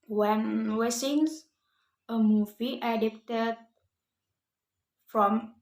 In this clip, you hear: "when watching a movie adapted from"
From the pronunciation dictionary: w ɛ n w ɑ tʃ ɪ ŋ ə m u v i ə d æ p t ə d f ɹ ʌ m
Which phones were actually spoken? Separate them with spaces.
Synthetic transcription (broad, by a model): w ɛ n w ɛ s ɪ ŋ ə m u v i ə d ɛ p t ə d f ɹ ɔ m